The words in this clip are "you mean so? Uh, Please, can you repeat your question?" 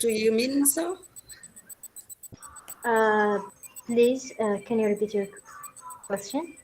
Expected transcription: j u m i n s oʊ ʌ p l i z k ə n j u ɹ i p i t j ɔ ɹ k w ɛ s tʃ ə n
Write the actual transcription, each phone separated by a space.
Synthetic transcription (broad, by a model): j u m i n s oʊ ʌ p l i z k ə n j u ɹ i p i t j ɔ ɹ k w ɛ s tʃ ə n